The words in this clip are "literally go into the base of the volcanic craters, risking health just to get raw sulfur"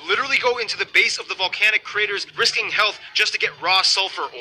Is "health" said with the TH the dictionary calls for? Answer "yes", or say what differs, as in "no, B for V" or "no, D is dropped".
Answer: yes